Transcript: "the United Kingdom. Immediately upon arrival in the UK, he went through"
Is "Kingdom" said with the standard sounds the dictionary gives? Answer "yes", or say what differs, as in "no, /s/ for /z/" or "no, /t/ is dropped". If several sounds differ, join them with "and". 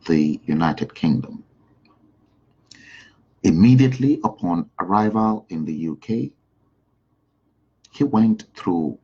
yes